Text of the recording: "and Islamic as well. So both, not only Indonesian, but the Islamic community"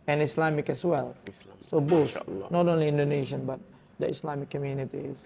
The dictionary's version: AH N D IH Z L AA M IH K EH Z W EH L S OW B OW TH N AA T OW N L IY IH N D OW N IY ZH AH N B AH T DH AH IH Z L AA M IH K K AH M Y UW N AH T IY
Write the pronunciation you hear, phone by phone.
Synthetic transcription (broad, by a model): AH N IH S L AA M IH K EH S W EH L S OW B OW S N AA T OW N L IY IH N D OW N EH SH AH N B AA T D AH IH S L AA M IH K K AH M Y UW N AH T IY